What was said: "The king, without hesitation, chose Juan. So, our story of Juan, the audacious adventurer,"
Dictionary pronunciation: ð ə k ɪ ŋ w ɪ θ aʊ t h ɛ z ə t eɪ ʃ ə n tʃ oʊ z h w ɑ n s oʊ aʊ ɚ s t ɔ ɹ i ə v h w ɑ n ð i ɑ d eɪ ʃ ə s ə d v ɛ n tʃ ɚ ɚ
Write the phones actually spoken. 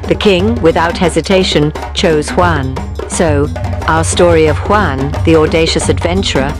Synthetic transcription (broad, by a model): ð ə k ɪ ŋ w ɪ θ aʊ t h ɛ z ə t eɪ ʃ ə n tʃ oʊ z h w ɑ n s oʊ aʊ ɚ s t ɔ ɹ i ə v h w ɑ n ð i ɑ d eɪ ʃ ə s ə d v ɛ n tʃ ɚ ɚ